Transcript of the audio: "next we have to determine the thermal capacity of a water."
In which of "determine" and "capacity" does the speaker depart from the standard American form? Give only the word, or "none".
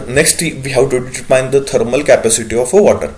determine